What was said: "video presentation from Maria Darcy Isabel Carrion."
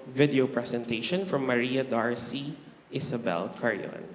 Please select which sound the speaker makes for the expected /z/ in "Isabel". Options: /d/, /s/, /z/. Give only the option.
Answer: /s/